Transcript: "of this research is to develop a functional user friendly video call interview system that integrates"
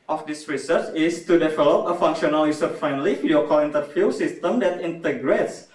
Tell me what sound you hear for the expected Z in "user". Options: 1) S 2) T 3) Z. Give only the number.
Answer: 1